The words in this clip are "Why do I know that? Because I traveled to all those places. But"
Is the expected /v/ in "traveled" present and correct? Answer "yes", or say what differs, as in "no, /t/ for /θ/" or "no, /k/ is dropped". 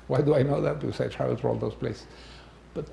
no, /v/ is dropped